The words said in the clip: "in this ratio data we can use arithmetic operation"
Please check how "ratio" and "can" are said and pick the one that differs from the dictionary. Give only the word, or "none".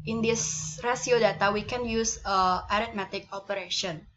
ratio